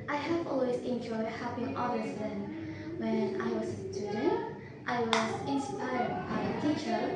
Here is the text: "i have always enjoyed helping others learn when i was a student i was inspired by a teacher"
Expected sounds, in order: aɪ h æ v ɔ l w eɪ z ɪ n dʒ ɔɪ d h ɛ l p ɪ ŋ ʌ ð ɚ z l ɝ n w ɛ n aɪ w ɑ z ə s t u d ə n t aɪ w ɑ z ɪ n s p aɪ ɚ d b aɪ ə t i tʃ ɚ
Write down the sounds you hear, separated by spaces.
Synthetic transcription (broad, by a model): aɪ h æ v ɔ l w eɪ s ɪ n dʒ ɔɪ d h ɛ p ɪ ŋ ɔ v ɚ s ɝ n w ɛ n aɪ w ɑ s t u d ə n t aɪ w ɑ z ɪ n s p aɪ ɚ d b aɪ ə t i tʃ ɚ